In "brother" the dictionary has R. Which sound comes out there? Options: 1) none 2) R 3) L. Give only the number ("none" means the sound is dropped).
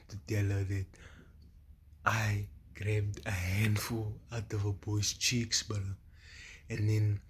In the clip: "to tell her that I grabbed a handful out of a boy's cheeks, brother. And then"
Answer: 1